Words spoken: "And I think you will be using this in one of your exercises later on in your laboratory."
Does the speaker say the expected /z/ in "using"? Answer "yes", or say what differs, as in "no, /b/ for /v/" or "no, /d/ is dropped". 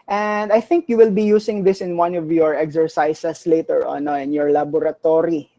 no, /s/ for /z/